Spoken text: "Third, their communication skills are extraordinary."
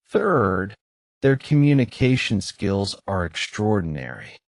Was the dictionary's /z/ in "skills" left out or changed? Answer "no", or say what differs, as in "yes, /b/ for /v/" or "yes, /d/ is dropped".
no